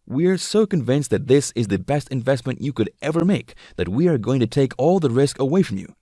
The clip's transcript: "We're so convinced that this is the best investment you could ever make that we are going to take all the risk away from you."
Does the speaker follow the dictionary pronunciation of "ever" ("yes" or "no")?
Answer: yes